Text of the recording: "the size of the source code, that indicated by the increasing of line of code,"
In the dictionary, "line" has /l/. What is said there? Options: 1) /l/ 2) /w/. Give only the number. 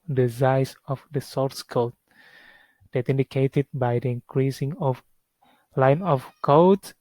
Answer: 1